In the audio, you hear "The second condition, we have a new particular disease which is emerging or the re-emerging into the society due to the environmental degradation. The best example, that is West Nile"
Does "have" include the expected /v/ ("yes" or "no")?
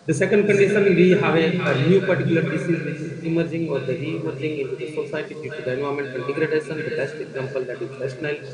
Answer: yes